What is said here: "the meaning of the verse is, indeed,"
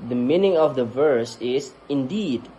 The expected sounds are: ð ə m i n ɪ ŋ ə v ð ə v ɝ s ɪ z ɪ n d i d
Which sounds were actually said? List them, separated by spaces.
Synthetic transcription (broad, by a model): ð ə m i n ɪ ŋ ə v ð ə v ɝ s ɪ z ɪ n d i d